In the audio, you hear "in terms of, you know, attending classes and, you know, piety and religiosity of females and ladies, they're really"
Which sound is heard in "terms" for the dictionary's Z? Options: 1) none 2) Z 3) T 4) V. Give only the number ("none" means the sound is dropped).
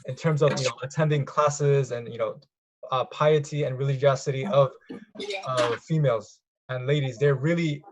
2